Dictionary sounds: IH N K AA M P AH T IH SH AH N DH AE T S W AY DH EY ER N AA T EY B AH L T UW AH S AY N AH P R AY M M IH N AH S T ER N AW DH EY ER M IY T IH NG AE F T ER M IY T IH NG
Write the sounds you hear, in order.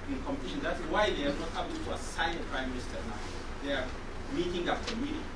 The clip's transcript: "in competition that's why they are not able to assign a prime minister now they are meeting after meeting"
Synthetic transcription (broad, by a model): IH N K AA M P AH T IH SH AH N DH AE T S W AY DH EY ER N AA T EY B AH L T UW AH S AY AH P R AY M M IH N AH S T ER N AW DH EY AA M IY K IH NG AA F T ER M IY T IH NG